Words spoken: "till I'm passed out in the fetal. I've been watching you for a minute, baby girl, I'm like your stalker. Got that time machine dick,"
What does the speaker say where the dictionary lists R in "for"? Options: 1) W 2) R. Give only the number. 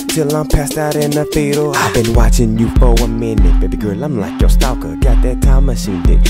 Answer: 1